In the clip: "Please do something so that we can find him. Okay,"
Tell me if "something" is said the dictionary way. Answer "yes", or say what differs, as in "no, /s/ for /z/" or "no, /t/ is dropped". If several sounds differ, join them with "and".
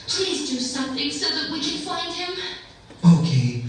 yes